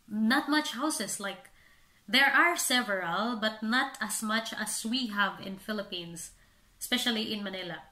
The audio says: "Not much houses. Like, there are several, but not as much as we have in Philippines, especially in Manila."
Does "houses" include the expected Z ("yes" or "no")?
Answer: no